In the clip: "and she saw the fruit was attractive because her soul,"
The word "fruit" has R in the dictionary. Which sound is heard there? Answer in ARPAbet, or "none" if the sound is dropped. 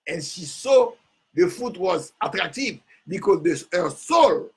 none